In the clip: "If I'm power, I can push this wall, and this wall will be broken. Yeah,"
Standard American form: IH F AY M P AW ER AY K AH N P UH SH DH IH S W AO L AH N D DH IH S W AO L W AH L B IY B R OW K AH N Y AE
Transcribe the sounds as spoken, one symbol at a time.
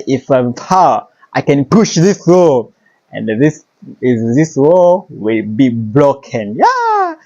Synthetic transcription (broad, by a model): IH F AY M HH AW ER AY K AH N P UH SH DH IH S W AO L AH N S DH IH S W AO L W AH L B IY B L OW K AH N Y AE